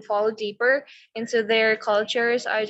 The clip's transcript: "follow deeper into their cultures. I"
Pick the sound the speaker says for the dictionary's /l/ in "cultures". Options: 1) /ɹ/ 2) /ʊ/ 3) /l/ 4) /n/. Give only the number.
3